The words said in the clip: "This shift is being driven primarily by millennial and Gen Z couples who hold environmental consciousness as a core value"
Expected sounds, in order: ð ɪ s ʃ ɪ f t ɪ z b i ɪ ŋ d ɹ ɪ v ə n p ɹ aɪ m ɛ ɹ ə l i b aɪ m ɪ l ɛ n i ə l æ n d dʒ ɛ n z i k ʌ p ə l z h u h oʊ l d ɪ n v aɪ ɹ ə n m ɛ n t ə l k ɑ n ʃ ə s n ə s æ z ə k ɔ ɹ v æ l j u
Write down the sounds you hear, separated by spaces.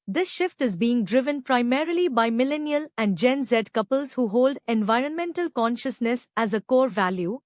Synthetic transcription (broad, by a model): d ɪ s ʃ ɪ f t ɪ z b i ɪ ŋ d ɹ ɪ v ə n p ɹ aɪ m ɛ ɹ ə l i b aɪ m ɪ l ɛ n i ə l æ n d dʒ ɛ n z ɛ k ʌ p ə l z h u h oʊ l d ɪ n v aɪ ɹ ə n m ɛ n t ə l k ɑ n ʃ ə s n ə s æ z ə k ɔ ɹ v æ l j u